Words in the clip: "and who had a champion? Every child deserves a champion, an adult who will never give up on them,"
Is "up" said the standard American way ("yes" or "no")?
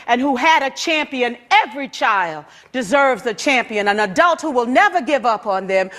yes